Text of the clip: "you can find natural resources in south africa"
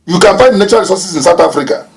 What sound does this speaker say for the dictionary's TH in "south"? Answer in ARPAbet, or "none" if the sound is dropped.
T